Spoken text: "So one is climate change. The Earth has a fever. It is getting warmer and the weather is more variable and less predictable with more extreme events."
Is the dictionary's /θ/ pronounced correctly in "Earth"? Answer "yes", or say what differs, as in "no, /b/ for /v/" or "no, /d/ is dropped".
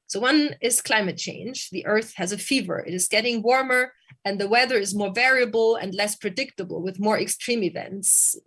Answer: yes